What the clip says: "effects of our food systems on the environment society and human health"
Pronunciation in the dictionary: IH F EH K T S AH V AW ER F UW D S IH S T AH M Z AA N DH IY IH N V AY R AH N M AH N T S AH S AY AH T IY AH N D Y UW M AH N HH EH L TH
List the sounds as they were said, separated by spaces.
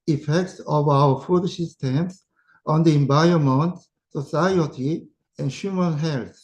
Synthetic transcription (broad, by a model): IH F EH K T S AH V AW ER F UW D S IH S T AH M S AA N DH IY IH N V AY AH M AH N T S AH S AY AH T IY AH N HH Y UW M AH N HH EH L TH